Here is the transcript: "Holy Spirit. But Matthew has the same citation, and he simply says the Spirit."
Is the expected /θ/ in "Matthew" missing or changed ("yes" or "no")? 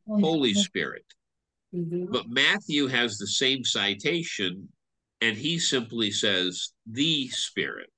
no